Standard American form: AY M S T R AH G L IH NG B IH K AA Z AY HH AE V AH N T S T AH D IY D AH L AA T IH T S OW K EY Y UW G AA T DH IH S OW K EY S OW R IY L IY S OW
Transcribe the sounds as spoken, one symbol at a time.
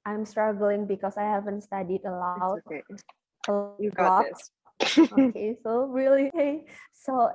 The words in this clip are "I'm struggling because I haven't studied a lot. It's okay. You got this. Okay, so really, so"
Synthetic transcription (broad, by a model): AY M S T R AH G L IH NG B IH K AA S AY HH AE V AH N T S T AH D IY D AH L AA IH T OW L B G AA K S OW K EY S OW R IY L IY S OW